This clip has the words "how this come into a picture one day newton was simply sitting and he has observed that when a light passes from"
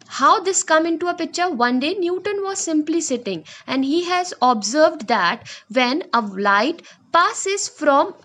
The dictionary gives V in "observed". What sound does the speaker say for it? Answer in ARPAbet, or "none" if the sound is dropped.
V